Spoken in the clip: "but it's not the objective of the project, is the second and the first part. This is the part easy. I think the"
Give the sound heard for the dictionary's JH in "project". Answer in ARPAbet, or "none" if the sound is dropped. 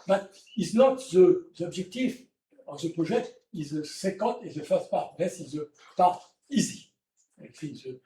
ZH